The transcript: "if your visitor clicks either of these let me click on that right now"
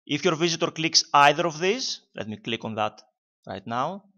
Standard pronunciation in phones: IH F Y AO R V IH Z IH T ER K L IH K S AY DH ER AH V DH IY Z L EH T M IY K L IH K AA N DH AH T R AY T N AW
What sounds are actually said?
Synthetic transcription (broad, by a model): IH F Y AO R V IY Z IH T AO K L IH K S AY DH ER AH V DH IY S L EH T M IY K L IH K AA N DH AH T R AY T N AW